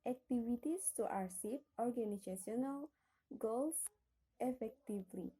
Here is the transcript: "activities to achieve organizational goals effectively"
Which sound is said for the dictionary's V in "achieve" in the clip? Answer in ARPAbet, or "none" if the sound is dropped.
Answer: P